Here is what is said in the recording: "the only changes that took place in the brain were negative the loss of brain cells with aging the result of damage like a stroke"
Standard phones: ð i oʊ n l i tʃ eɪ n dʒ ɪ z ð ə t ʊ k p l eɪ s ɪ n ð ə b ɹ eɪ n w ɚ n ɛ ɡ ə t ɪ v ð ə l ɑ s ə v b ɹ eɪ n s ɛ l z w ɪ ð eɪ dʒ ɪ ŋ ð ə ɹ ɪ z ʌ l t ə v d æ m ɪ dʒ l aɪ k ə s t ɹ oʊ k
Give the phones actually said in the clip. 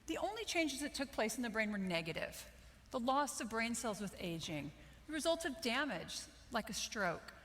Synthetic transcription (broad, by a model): ð i oʊ n l i tʃ eɪ n dʒ ɪ z ð ə t ʊ k p l eɪ s n ð ə b ɹ eɪ n w ɚ n ɛ ɡ ə t ɪ v ð ə l ɑ s ə v b ɹ eɪ n s ɛ l z w ɪ ð eɪ dʒ ɪ ŋ ð ə ɹ ɪ z ʌ l t ə v d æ m ɪ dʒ l aɪ k ə s t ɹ oʊ k